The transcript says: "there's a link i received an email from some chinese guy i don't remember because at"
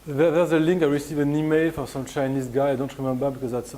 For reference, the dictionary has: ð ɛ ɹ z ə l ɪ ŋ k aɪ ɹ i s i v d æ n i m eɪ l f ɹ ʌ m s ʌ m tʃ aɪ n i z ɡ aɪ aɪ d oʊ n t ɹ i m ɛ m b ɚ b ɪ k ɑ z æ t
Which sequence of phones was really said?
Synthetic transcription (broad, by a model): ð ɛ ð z ə l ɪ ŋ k aɪ ɹ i s i v æ n i m eɪ l f ɹ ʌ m s ʌ m tʃ aɪ n i z ɡ aɪ aɪ d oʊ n t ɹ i m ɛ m b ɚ b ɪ k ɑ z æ t